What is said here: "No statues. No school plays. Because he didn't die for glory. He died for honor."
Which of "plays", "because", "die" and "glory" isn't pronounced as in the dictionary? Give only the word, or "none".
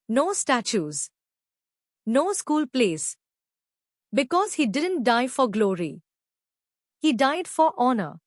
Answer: plays